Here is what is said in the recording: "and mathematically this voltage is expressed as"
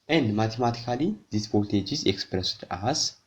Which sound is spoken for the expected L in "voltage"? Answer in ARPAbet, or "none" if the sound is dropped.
none